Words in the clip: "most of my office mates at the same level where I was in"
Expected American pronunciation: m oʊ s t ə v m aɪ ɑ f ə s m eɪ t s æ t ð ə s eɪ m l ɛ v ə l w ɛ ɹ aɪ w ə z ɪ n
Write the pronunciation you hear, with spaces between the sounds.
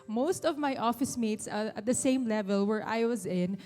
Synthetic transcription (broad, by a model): m oʊ s t ə v m aɪ ɑ f ə s m eɪ t s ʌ t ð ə s eɪ m l ɛ v ə l w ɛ ɹ aɪ w ə z ɪ n